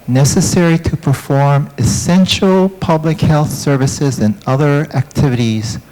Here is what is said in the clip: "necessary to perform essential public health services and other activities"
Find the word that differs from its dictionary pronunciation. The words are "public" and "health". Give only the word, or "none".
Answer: none